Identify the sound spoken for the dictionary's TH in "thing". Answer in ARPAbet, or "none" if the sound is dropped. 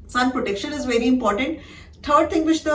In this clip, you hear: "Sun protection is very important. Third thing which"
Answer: T